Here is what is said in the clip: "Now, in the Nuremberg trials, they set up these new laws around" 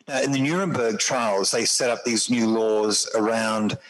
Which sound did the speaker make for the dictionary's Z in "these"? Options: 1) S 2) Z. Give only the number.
2